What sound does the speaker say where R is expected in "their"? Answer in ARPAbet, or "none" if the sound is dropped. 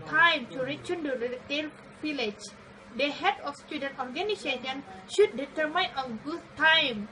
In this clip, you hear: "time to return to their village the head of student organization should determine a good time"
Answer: L